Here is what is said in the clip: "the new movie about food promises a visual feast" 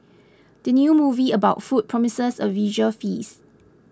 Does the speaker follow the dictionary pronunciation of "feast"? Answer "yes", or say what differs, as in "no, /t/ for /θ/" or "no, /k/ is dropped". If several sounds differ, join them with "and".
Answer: no, /t/ is dropped